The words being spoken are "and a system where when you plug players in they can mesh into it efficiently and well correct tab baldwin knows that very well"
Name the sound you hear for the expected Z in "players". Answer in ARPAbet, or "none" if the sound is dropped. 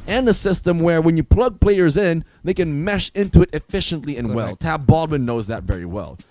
Z